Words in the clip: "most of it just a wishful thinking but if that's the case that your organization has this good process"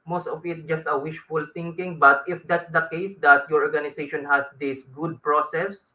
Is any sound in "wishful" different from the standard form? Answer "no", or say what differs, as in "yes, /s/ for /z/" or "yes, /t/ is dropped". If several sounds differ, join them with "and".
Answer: no